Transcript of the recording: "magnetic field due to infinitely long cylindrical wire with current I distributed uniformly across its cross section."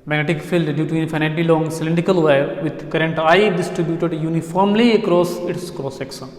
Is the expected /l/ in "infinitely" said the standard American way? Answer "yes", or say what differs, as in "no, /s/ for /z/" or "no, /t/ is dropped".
no, /l/ is dropped